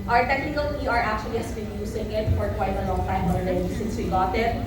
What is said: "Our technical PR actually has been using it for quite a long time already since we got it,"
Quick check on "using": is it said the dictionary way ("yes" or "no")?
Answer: no